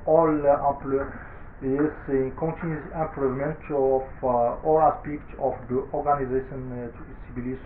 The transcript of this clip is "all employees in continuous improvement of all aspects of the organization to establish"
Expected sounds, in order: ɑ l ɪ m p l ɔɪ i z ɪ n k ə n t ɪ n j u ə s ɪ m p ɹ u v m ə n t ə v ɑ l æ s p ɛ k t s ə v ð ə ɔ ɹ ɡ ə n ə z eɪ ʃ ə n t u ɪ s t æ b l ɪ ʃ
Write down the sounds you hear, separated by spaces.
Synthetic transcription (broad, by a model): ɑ l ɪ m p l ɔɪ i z ɪ n k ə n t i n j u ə ɪ m p ɹ u v m ə n t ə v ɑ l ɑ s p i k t ə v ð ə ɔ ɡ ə n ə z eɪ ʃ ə n t u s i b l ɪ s